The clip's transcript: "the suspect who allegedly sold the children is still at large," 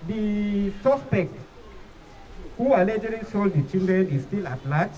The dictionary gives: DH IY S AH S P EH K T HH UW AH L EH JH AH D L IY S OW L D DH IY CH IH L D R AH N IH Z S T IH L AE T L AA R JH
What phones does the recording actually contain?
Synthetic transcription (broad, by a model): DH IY S AH S P EH K T HH UW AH L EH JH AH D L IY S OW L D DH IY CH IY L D R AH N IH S T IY L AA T L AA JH